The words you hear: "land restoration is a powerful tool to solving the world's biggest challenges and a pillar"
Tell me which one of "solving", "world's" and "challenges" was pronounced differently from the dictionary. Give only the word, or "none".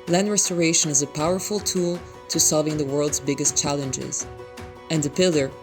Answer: none